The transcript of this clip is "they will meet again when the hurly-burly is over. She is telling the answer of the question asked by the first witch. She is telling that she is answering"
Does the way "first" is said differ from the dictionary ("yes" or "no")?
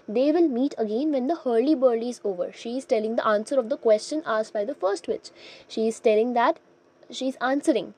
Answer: no